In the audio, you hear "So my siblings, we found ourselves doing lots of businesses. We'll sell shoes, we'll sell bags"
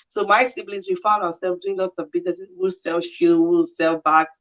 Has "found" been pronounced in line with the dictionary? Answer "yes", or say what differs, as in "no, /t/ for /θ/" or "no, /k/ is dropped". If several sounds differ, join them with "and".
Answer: yes